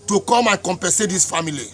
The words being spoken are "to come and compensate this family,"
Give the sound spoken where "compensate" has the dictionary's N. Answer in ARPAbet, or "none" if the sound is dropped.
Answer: none